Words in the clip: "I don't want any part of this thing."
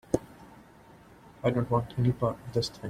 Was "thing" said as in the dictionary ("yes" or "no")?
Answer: no